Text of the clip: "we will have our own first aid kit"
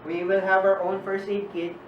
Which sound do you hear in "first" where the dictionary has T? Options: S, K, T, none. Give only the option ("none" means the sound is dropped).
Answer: none